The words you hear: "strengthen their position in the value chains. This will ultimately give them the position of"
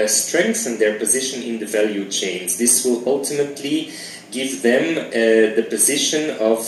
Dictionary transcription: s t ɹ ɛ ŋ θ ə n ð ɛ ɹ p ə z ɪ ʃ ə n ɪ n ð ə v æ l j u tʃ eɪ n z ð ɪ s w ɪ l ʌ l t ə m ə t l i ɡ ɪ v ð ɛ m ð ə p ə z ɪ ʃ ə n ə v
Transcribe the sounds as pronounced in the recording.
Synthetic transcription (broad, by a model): s t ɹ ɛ ŋ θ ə n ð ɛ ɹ p ə z ɪ ʃ ə n ɪ n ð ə v æ l j u tʃ eɪ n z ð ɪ s w ɪ l ʌ l t ə m ə t l i ɡ ɪ v ð ɛ m ð ə p ə z ɪ ʃ ə n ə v